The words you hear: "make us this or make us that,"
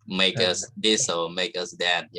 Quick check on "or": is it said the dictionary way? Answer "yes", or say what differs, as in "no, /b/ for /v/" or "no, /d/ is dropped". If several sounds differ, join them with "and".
no, /l/ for /ɹ/